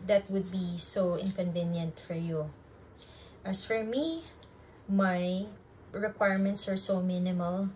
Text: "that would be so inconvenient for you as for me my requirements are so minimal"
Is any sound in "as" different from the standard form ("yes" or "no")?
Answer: yes